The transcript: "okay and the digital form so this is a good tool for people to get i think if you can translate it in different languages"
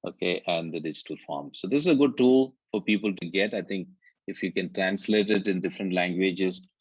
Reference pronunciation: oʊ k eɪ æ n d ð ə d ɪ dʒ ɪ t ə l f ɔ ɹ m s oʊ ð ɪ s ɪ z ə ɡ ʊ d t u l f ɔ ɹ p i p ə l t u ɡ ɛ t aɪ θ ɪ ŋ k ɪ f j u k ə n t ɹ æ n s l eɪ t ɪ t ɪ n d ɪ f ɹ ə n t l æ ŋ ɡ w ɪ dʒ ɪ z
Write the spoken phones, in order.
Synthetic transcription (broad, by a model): oʊ k eɪ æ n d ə d ɪ dʒ ɪ t ə l f ɔ ɹ m s oʊ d ɪ s ɪ z ə ɡ ʊ d t u l f ɔ ɹ p i p ə l t u ɡ ɛ t aɪ t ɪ ŋ k ɪ f j u k ə n t ɹ æ n s l eɪ t ɪ t ɪ n d ɪ f ɹ ə n t l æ ŋ ɡ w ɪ dʒ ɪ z